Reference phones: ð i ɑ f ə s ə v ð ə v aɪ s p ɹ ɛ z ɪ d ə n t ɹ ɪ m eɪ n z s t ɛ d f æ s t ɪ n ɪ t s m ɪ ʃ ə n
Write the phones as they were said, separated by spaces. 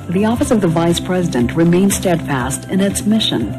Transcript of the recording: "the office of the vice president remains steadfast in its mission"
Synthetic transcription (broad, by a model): ð i ɑ f ə s ə v ð ə v aɪ s p ɹ ɛ z ɪ d ə n t ɹ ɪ m eɪ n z s t ɛ d f æ s t ɪ n ɪ t s m ɪ ʃ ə n